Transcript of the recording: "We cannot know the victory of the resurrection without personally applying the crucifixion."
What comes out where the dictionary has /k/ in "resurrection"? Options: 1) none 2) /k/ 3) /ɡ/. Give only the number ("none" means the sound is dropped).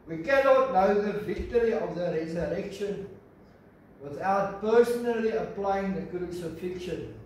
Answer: 2